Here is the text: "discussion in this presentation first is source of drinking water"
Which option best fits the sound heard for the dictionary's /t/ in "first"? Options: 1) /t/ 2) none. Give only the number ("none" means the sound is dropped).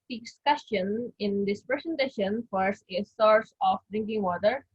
2